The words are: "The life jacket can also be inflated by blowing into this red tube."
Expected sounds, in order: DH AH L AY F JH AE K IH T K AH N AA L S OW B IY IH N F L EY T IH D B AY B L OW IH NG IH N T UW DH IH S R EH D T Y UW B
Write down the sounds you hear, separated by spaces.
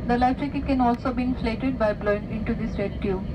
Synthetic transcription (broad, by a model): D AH L AY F CH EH K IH T K AH N AA L S OW B IY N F L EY T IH D B AY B L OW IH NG IH N T UW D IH S R EH D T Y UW